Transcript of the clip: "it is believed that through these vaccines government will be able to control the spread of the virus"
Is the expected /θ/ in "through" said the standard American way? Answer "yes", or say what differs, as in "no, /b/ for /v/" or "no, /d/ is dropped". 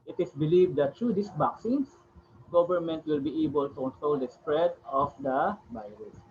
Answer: no, /t/ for /θ/